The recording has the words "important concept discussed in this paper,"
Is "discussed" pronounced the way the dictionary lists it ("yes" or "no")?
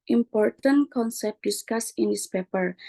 no